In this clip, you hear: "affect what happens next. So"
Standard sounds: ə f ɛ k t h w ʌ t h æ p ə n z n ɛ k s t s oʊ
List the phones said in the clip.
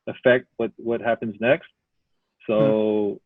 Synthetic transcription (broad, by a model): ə f ɛ k t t w ʌ t h æ p ə n z n ɛ k s t s oʊ